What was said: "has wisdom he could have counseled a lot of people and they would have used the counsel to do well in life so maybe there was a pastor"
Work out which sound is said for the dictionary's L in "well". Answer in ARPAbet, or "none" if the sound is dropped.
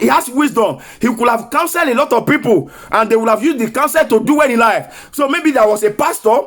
N